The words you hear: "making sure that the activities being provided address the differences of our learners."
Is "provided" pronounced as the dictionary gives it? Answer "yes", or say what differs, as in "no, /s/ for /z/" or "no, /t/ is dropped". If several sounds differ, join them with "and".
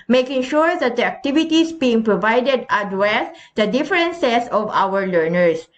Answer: yes